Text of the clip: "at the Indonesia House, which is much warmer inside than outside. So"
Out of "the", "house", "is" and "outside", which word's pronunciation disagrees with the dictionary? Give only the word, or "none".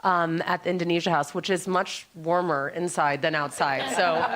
none